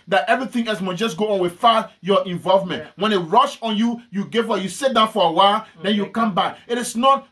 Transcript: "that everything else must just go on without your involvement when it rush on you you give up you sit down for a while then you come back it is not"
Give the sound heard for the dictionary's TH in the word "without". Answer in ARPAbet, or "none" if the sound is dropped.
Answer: F